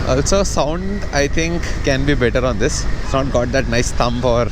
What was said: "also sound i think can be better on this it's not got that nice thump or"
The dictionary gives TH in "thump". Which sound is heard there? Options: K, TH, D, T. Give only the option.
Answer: T